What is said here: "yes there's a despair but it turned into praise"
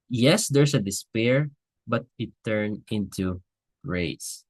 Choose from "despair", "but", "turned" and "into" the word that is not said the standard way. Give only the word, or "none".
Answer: turned